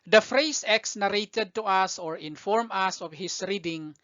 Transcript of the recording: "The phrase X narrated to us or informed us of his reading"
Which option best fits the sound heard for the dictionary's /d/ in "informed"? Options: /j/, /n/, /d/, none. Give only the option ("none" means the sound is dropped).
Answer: none